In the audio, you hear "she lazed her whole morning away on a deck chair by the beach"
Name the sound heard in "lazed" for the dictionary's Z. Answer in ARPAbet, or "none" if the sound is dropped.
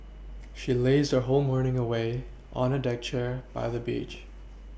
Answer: Z